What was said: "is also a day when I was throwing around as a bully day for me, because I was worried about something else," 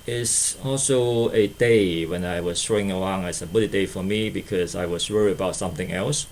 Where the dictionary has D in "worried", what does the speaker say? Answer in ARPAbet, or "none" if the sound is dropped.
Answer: none